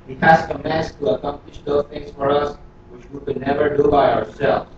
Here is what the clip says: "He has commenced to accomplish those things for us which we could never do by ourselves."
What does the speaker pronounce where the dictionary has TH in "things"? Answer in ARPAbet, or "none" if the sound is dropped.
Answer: T